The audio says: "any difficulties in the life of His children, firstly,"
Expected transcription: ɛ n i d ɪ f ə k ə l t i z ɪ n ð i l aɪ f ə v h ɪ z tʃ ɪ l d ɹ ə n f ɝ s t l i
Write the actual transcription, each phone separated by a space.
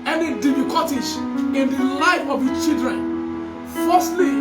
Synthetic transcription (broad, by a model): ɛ n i d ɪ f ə k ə t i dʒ ɪ n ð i l aɪ f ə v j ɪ tʃ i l d ɹ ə n f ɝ s t l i